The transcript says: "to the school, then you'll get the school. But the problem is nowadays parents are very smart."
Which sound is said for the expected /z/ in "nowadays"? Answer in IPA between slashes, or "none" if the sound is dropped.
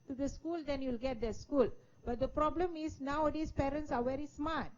/s/